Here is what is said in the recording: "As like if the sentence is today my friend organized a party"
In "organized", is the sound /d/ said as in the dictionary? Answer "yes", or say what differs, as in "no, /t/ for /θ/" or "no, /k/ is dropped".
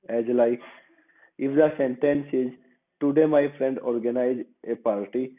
no, /d/ is dropped